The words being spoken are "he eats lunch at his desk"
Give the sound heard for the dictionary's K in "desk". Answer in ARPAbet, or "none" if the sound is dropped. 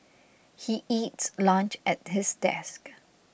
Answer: K